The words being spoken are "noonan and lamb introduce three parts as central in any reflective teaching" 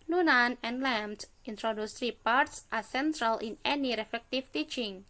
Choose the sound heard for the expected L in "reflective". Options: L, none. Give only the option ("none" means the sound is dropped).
none